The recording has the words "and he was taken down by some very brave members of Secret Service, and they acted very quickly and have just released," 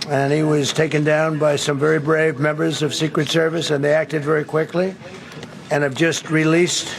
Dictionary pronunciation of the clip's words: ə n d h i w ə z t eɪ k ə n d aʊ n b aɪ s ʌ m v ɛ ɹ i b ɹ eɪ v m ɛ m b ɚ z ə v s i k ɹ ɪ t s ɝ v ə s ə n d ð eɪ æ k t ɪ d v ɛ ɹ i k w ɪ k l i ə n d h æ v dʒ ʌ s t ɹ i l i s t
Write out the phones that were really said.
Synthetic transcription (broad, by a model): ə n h i w ə z t eɪ k ə n d aʊ n b aɪ s ʌ m v ɛ ɹ i b ɹ eɪ v m ɛ m b ɚ z ə v s i k ɹ ɪ t s ɝ v ə s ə n ð eɪ æ k t ɪ d v ɛ ɹ i k w ɪ k l i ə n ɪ v dʒ ʌ s t ɹ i l i s t